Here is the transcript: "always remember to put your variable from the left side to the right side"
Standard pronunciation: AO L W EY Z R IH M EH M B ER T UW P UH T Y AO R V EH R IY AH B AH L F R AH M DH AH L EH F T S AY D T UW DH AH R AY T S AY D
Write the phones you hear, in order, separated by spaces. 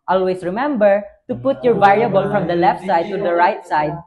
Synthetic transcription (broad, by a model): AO L W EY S R IH M EH M B ER T UW P UH T Y AO R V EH R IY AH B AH L F R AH M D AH L EH F T S AY D T UW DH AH R AY T S AY D